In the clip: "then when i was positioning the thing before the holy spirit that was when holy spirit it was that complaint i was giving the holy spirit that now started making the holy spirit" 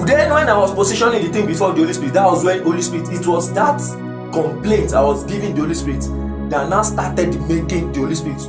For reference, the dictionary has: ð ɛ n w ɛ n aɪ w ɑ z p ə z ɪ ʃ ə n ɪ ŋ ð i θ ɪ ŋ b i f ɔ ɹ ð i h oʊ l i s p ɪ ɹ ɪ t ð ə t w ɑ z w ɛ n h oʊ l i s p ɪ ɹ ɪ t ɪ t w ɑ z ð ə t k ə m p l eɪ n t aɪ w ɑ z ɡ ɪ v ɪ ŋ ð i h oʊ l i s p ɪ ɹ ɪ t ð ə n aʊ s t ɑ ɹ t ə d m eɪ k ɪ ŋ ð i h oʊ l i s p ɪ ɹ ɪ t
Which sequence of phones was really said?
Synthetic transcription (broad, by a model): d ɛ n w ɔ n aɪ w ɑ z p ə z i ʃ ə n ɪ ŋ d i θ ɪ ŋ b i f ɔ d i h oʊ l i s p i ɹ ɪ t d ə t w ɑ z w ɛ n h oʊ l i s p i ɹ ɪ t ɪ t w ɑ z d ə t k ə m p l eɪ n t aɪ w ɑ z ɡ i v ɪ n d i h oʊ l i s p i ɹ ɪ t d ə n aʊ s t ɑ t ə d m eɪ k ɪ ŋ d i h oʊ l i s p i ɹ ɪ t